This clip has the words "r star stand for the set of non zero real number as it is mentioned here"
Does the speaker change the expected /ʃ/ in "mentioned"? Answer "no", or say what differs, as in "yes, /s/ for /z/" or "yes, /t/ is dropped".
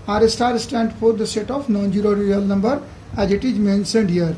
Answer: yes, /s/ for /ʃ/